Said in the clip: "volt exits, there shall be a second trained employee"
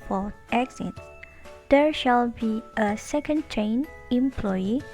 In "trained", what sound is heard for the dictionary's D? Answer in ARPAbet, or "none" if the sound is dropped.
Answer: none